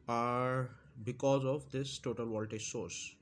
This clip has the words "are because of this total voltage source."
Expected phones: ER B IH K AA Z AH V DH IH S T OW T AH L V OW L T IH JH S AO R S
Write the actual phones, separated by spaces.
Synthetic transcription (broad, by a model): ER B IH K AA Z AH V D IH S T OW T AH L W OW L T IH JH S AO R S